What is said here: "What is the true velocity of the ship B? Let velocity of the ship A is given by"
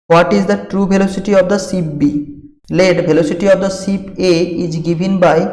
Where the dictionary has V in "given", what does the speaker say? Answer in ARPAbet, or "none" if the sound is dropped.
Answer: B